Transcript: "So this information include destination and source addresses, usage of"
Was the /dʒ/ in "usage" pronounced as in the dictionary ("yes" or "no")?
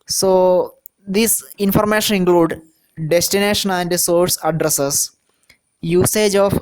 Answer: yes